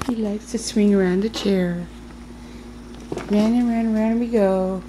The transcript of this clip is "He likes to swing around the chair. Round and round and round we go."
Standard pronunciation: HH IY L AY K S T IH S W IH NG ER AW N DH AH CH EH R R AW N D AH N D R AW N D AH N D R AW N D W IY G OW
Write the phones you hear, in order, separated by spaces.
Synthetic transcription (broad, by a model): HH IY L AY K S T IH S W IH NG ER AW N DH AH CH EH R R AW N AH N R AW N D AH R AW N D W IY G OW